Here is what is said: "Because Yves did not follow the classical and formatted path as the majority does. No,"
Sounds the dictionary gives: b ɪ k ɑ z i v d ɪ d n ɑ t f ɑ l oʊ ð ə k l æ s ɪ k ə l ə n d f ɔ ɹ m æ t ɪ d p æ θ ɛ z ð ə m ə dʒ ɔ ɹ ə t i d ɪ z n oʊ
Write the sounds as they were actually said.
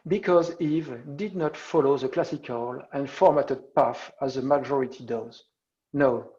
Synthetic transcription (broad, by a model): b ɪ k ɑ z i v d ɪ d n ɑ t f ɑ l oʊ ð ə k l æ s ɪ k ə l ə n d f ɔ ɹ m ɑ t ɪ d p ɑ f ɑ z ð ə m ə dʒ ɔ ɹ ə t i d ɪ z n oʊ